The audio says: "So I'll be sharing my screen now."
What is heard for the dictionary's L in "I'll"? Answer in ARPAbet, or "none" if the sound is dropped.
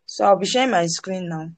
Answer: W